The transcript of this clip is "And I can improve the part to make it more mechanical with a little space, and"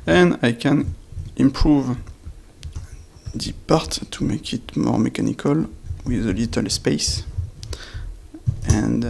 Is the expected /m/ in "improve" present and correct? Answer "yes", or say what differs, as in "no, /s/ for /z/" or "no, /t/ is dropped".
yes